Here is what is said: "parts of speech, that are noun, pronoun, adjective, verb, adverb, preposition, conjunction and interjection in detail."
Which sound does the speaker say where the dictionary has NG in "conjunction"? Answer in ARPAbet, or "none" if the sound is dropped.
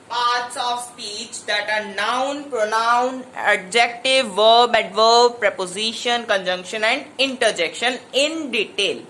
NG